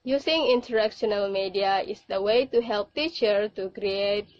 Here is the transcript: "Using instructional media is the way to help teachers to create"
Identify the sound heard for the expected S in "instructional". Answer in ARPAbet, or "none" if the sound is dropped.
none